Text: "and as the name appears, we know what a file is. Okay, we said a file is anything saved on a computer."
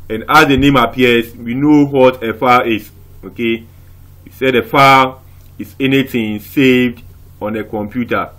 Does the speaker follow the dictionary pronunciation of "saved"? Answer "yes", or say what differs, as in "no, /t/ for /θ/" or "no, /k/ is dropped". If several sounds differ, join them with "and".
yes